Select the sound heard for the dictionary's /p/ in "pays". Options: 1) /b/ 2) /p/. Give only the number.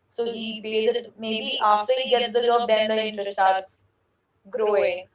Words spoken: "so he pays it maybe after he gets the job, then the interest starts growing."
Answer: 1